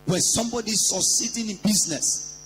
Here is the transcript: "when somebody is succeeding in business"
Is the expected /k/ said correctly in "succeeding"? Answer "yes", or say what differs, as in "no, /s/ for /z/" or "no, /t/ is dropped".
no, /k/ is dropped